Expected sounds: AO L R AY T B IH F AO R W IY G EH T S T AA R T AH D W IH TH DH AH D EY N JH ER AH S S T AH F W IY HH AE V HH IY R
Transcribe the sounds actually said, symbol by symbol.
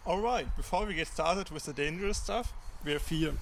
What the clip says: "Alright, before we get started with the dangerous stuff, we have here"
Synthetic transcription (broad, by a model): AO L R AY T B IH F AO R W IY G EH T S T AA R T AH D W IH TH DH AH D EY N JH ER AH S S T AH F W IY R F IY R